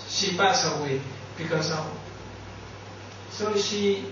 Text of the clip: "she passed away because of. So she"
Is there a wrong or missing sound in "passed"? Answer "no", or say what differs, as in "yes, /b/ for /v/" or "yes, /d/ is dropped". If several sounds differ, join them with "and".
yes, /t/ is dropped